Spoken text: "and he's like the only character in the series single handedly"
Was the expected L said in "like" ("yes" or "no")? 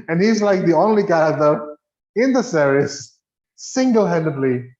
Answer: yes